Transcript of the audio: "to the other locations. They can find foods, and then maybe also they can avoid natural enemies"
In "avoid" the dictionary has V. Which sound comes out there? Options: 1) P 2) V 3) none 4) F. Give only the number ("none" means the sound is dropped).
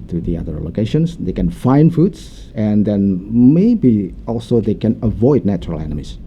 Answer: 2